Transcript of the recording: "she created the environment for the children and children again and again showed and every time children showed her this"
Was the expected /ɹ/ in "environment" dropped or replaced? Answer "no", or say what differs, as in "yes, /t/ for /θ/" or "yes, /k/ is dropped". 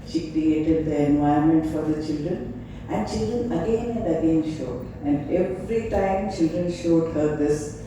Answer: yes, /ɹ/ is dropped